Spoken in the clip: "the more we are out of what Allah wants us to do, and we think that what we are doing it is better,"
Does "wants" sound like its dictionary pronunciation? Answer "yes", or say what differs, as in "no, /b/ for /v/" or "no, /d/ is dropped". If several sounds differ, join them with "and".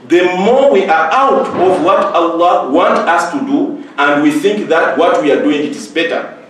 no, /s/ is dropped